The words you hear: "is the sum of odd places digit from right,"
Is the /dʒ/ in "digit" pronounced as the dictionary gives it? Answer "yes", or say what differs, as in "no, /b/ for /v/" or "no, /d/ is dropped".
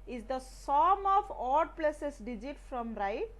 yes